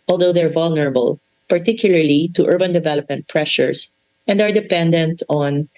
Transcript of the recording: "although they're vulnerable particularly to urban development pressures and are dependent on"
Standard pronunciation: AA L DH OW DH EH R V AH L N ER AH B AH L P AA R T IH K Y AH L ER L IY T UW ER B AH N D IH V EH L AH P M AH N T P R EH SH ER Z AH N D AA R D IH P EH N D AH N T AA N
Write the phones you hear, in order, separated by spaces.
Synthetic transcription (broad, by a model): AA L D OW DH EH R V AH L N ER AH B AH L P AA R T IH K Y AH L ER L IY T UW ER B AH N D IH V EH L AH P M AH N T P R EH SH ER S AH N D AA R D IH P EH N D AH N T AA N